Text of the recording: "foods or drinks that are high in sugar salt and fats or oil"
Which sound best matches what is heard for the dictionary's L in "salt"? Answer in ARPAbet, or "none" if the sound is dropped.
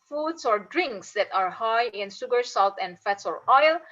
L